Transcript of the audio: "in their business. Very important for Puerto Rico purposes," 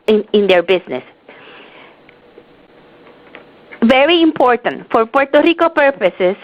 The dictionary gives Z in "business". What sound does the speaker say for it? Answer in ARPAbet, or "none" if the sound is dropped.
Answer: S